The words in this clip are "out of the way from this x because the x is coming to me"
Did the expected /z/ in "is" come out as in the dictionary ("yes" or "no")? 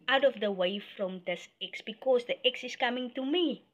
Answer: no